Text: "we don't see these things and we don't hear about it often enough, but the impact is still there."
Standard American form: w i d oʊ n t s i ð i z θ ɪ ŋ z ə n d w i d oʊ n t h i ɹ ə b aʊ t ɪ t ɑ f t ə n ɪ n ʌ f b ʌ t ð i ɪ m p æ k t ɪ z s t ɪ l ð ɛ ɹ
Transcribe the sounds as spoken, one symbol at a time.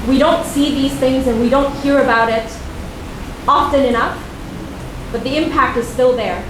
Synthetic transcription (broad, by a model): w i d oʊ n t s i ð i z θ ɪ ŋ z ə n w i d oʊ n t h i ɹ ə b aʊ t ɪ t ɑ f t ə n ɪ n ʌ f b ʌ t ð i ɪ m p æ k t ɪ z s t ɪ l ð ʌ ɹ